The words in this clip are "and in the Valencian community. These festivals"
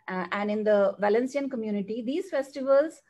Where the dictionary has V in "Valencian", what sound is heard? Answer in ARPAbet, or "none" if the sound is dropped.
V